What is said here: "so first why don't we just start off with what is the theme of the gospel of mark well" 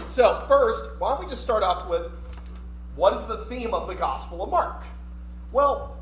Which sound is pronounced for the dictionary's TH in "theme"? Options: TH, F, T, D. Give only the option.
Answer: TH